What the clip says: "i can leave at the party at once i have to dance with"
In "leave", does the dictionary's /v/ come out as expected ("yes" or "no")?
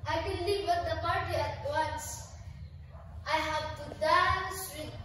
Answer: no